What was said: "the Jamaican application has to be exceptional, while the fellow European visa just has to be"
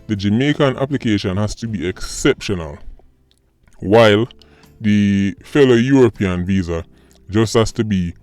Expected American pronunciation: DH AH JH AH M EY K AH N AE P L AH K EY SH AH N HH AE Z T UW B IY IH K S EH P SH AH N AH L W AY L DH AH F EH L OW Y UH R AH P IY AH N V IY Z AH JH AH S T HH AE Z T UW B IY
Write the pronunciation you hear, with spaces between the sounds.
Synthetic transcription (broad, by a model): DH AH JH AH M EY K AH N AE P L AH K EY SH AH N HH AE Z T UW B IY IH K S EH P SH AH N AH L W AY L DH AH F EH L OW Y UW R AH P IY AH N V IY Z AH JH AH S T HH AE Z T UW B IY